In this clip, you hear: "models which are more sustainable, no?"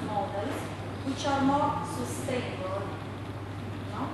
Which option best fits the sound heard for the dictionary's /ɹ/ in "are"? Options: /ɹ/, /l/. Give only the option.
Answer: /ɹ/